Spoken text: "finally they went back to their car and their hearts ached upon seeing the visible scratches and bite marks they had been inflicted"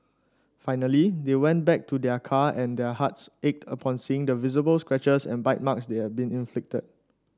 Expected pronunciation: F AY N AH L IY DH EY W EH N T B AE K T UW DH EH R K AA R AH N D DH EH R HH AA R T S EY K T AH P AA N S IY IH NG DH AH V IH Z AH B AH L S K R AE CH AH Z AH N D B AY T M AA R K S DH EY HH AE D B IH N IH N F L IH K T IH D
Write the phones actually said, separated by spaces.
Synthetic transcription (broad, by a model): F AY N AH L IY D EY W EH N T B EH K T UW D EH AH K AA AH N D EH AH HH AA T S EY K T AH P AA N S IY IH NG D AH V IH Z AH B AH L S K R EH CH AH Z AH N B AY T M AA K S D EY HH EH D B IH N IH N F L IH K T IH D